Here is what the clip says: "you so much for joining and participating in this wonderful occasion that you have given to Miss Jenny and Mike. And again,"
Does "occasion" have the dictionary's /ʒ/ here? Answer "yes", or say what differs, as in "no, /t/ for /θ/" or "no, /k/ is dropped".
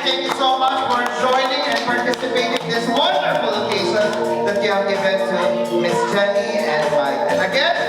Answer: no, /s/ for /ʒ/